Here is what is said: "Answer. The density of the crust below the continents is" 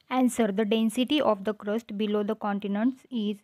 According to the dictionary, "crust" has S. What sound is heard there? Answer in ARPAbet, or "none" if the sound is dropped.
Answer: S